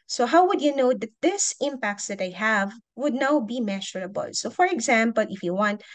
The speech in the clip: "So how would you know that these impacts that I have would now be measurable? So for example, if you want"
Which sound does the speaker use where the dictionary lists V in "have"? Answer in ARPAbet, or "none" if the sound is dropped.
V